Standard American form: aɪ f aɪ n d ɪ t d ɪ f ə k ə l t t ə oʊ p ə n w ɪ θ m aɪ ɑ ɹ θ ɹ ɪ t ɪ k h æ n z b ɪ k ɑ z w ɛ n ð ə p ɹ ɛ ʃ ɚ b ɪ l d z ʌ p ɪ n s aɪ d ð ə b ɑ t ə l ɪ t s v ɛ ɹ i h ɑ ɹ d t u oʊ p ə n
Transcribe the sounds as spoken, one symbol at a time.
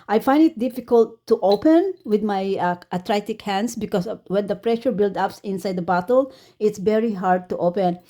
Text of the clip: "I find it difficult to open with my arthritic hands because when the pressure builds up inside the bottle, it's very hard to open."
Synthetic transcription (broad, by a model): aɪ f aɪ n d ɪ t d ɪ f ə k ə l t t oʊ p ə n w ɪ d m aɪ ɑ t ɹ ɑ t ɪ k h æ n s b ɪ k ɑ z w ɛ n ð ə p ɹ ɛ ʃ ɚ b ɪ l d ʌ p ɪ n s aɪ d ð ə b ɑ t ə l ɪ t s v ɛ ɹ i h ɑ ɹ d t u oʊ p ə n